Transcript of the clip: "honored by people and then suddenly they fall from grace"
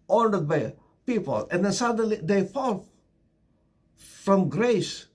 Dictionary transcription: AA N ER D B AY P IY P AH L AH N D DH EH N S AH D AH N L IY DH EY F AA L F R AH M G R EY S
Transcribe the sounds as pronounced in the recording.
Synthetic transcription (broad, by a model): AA N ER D B AY P IY P AH L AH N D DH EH N S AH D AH N L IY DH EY F AA L F R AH M G R EY S